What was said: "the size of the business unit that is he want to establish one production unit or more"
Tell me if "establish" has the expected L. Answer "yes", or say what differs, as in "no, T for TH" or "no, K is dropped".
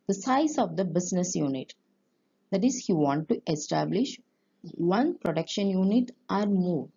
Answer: yes